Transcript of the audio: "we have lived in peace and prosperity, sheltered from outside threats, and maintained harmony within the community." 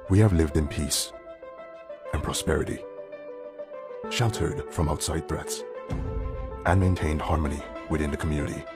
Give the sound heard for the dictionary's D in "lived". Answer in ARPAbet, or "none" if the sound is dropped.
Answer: D